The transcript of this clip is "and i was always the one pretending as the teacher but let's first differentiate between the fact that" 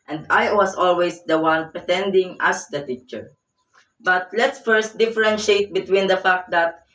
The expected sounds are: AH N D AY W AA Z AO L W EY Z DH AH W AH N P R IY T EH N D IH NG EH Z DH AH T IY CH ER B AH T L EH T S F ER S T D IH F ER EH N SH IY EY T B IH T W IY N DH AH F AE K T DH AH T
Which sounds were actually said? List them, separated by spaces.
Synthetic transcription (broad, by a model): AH N D AY W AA S AO L W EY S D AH W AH N P R IY T EH N D IH NG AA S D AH T IY CH ER B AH T L EH T S F ER S T D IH F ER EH N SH EY T B IH T W IY N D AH F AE K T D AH T